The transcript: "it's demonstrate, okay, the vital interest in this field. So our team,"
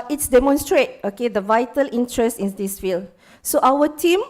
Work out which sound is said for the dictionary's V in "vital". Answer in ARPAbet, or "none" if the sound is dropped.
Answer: V